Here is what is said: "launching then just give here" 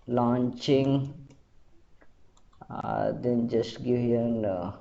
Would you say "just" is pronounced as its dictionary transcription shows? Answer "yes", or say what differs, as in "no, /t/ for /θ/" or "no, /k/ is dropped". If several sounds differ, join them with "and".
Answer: yes